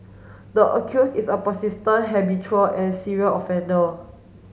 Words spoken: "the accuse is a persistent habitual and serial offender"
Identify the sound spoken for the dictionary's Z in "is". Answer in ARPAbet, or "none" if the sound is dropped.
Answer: S